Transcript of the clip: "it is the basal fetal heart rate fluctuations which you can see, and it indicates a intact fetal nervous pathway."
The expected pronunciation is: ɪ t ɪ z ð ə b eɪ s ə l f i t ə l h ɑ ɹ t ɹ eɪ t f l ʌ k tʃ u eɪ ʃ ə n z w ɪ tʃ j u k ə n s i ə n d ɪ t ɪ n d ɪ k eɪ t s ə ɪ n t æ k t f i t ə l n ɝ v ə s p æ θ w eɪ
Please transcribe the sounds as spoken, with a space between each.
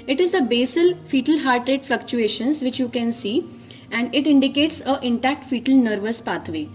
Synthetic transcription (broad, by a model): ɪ t ɪ z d ə b eɪ s ə l f i t ə l h ɑ ɹ t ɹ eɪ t f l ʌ k tʃ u eɪ ʃ ə n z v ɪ tʃ j u k ə n s i ə n d ɪ t ɪ n d ɪ k eɪ t s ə ɪ n t æ k t f i t ə l n ɝ v ə s p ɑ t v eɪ